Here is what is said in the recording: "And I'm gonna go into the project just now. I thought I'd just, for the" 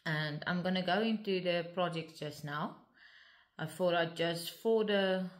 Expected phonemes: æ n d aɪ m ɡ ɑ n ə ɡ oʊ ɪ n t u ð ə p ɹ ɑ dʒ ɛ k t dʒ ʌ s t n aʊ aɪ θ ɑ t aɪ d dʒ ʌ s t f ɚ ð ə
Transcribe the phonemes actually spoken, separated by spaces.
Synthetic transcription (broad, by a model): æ n d aɪ m ɡ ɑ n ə ɡ oʊ ɪ n t u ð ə p ɹ ɑ dʒ ɛ k t dʒ ʌ s t n aʊ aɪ f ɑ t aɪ dʒ ʌ s t f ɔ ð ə